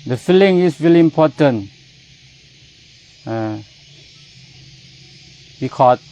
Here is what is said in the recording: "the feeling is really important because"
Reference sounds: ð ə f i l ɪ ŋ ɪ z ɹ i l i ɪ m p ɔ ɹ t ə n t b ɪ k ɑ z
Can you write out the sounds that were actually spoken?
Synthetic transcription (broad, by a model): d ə f i l ɪ ŋ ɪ s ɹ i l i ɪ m p ɔ t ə n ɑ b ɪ k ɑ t